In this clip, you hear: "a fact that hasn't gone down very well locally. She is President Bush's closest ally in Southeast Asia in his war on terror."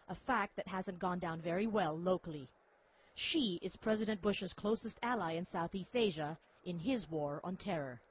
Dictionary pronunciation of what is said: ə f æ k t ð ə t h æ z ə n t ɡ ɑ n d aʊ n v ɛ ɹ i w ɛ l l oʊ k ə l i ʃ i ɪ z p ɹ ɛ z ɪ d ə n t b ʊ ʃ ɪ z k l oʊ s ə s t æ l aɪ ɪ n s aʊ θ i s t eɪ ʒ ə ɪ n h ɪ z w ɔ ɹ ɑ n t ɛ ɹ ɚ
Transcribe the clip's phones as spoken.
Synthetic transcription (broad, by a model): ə f æ k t ð ə t h æ z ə n ɡ ɑ n d aʊ n v ɛ ɹ i w ɛ l l oʊ k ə l i ʃ i ɪ z p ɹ ɛ z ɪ d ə n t b ʊ ʃ ɪ z k l oʊ s ə s t æ l aɪ ɪ n s aʊ θ i s t eɪ ʒ ə ɪ n ɪ z w ɔ ɹ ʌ n t ɛ ɹ ɚ